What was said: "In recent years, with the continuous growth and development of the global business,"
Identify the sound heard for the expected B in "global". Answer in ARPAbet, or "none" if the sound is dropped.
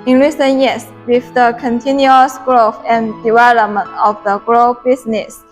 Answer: none